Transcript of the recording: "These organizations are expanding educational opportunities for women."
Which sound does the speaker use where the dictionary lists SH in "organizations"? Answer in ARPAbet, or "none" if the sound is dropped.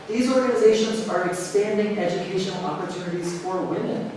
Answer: SH